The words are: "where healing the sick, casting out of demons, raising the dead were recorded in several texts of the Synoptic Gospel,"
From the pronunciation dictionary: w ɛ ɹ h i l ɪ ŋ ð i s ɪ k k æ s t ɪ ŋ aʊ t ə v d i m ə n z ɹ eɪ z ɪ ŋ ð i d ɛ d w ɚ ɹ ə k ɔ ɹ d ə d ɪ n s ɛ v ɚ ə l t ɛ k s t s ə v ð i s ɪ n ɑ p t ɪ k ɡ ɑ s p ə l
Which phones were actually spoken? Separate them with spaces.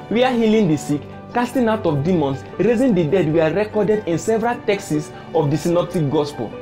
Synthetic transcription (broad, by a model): w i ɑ h i l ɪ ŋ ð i s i k k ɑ s t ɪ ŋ aʊ t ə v d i m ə n s ɹ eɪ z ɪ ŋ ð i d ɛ d w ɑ ɹ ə k ɔ d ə d ɪ n s ɛ v ɚ ə l t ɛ k s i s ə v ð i s ɪ n ɑ p t ɪ k ɡ ɑ s p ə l